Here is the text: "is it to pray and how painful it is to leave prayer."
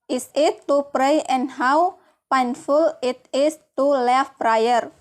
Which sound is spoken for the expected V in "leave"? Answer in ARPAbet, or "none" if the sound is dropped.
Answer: F